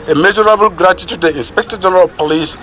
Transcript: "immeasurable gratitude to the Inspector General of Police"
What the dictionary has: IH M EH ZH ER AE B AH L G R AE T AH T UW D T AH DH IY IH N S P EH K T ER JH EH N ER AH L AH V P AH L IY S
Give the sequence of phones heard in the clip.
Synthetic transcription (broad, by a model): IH M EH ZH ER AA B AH L G R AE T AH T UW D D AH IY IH N S P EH K T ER JH EH N ER AH L P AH L IY S